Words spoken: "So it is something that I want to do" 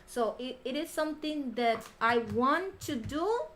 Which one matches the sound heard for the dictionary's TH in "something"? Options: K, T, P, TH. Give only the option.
T